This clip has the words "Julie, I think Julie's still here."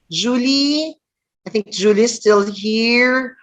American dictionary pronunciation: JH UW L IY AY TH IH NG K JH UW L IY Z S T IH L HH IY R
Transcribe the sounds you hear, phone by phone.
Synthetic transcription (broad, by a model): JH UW L IY AY TH IH NG K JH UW L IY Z S T IH L HH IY R